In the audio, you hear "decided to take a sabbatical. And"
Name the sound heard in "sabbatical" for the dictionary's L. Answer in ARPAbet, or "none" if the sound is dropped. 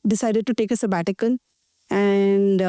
N